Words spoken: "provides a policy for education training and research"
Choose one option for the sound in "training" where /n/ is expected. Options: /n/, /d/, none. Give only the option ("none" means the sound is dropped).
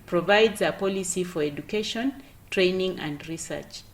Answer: /n/